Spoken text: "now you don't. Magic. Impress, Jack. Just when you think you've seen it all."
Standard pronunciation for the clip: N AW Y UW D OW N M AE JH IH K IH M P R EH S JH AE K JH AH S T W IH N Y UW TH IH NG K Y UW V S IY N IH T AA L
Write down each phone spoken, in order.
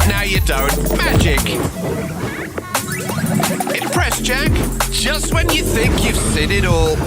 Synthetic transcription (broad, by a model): N AW Y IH D OW N M AE JH IH K IH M P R EH S JH AE K JH AH S T W IH N Y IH TH IH NG K Y UW V S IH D IH T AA L